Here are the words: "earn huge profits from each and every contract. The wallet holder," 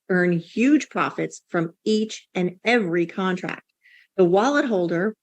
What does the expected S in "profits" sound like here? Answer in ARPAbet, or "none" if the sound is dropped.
S